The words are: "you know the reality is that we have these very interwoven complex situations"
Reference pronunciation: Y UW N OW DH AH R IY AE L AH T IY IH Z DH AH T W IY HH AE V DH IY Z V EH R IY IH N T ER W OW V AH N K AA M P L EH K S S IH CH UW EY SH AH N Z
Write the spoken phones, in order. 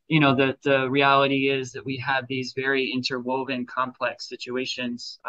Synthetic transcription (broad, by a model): Y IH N OW DH AH R IY AE L AH T IY IH Z DH AH T W IY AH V DH IY Z V EH R IY IH N T ER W OW V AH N K AA M P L EH K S S IH CH UW EY SH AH N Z